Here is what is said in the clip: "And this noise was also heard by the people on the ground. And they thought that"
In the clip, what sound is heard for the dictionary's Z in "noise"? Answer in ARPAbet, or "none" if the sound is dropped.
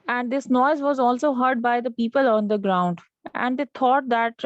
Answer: Z